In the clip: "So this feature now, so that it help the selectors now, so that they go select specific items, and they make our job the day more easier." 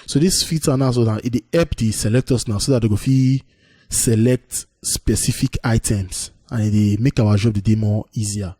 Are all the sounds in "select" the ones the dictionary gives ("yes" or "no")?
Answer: yes